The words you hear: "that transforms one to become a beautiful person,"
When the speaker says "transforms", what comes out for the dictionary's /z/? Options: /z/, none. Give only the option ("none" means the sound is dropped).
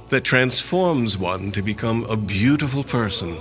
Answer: /z/